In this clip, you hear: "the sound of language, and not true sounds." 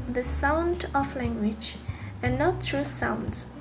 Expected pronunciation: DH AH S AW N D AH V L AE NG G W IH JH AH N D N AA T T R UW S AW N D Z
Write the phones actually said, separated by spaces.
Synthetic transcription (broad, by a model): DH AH S AW N D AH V L AE NG G W IH JH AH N N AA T T R UW S AW N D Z